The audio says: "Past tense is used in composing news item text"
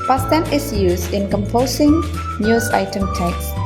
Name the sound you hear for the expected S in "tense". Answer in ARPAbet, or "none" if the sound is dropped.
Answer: none